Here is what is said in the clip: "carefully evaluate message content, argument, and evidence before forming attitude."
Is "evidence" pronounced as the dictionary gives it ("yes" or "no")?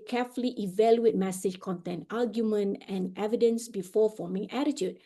yes